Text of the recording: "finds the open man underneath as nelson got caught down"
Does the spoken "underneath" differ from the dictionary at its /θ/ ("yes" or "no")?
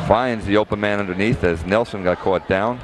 no